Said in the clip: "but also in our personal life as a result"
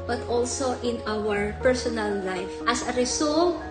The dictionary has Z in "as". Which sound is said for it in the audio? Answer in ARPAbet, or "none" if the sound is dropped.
S